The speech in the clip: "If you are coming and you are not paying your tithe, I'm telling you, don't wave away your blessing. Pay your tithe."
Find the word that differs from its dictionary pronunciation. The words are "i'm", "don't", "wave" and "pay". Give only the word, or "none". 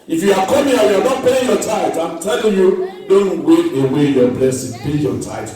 wave